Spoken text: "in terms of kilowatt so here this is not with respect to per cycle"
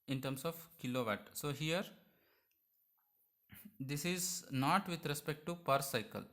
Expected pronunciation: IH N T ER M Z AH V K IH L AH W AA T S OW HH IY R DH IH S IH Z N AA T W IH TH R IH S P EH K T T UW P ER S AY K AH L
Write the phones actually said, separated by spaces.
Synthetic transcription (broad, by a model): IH N T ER M S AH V K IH L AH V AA T S OW HH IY R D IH S IH Z N AA T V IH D R IH S P EH K T T UW P ER S AY K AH L